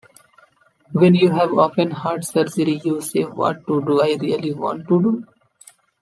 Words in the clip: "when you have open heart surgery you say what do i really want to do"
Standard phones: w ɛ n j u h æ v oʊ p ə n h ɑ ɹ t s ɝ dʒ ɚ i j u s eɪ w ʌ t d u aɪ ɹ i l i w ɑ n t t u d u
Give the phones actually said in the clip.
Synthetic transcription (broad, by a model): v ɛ n j u h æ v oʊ f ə n h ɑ ɹ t s ɝ dʒ ɚ i j u s eɪ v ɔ t d u aɪ ɹ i l i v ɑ n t t u d u